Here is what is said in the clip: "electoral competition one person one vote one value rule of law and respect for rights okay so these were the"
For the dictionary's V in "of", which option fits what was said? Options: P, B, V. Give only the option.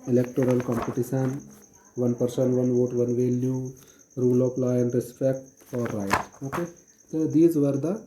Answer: P